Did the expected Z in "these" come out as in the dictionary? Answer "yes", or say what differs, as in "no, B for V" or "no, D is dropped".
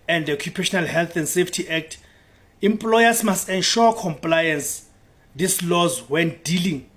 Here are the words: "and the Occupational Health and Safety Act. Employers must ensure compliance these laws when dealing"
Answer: no, S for Z